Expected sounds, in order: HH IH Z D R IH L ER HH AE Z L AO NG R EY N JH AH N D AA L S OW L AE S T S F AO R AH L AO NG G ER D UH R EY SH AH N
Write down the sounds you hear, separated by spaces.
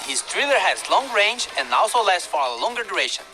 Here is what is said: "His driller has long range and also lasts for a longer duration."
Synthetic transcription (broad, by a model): HH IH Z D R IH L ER HH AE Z L AO NG R EY N JH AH N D AA L S OW L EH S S F AO R AH L AO NG G ER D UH R EY SH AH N